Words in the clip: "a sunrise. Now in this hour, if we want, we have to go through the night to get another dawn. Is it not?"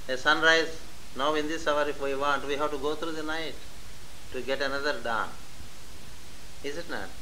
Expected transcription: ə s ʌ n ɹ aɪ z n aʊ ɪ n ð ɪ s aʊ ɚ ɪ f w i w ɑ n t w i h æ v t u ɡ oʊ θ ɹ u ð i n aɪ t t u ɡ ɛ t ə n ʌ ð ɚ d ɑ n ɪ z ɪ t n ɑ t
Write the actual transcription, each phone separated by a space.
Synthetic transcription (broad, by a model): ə s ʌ n ɹ aɪ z n aʊ ɪ n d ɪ s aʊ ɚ ɪ f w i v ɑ n t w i h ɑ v t u ɡ oʊ t ɹ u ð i n aɪ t t u ɡ ɛ t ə n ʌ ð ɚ d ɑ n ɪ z ɪ t n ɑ t